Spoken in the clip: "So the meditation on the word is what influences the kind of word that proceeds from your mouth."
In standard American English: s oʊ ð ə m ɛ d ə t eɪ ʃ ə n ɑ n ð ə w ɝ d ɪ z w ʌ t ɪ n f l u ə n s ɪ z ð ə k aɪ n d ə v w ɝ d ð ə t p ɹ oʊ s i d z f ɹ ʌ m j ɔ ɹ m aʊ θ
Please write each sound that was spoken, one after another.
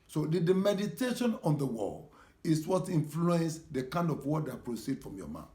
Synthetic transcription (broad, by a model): s oʊ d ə m ɛ d ə t eɪ ʃ ə n ɑ n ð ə w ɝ ɪ s w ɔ t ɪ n f l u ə n s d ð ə k aɪ n d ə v w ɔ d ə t p ɹ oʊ s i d f ɹ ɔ m j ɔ m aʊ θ